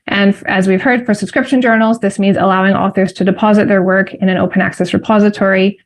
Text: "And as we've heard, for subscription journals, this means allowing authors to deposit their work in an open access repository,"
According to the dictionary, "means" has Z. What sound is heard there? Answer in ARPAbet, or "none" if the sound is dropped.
Z